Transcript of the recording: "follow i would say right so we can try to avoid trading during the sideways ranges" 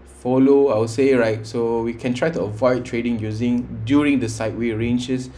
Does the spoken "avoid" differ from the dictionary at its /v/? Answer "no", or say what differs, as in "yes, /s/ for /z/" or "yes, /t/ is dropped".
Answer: no